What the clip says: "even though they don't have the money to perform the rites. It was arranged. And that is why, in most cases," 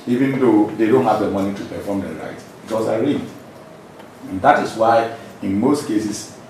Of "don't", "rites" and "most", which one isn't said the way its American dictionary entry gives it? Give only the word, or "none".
rites